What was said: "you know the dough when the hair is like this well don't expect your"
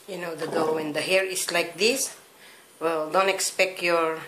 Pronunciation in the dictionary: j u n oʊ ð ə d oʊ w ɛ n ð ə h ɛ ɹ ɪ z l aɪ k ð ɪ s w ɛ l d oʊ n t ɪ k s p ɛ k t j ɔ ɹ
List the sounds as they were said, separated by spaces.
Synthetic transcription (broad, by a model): j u n oʊ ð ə d oʊ w ɛ n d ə h ɛ ɹ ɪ s l aɪ k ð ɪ s w ɛ l d oʊ n t ɪ k s p ɛ k t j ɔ ɹ